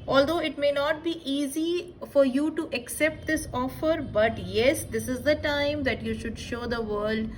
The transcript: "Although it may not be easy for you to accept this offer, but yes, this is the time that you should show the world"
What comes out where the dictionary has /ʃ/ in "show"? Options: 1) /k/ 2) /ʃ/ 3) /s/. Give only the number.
2